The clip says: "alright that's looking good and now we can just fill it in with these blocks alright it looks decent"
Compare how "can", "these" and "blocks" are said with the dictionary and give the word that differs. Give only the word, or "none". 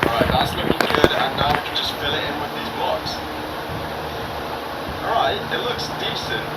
none